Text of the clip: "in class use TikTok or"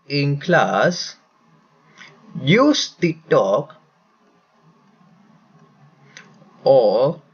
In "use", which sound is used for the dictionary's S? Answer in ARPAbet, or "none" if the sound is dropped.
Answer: S